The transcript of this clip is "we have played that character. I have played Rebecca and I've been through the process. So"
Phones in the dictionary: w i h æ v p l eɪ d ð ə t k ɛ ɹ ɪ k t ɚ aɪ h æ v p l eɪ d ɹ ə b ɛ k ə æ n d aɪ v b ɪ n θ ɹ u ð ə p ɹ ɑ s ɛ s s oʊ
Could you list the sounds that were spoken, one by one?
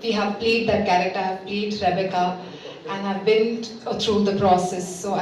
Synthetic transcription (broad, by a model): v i h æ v p l eɪ d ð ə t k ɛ ɹ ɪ k t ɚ h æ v p l eɪ d ɹ ə b ɛ k ə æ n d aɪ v b ɪ n t ɹ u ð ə p ɹ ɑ s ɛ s s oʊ